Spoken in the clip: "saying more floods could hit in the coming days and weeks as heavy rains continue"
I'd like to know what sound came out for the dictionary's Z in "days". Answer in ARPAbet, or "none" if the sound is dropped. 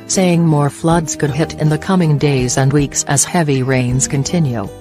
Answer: Z